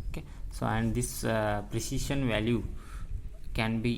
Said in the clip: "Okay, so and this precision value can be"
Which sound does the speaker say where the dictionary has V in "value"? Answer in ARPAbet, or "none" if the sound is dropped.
V